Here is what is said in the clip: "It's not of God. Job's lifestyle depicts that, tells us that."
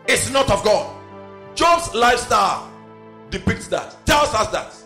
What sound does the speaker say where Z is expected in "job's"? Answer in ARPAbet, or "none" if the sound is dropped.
S